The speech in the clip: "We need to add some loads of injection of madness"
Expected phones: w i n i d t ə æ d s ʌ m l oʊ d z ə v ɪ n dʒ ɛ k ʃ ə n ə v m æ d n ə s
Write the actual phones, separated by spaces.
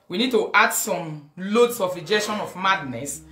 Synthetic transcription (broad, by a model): w i n i d t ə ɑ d s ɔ m l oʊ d s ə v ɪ dʒ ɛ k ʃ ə n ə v m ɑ d n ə s